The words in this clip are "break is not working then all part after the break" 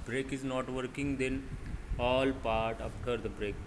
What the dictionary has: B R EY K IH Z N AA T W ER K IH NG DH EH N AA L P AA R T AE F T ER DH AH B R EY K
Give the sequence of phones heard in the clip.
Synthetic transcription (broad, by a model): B R EY K IH Z N AA T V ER K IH NG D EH N AA L P AA R T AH P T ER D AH B R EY K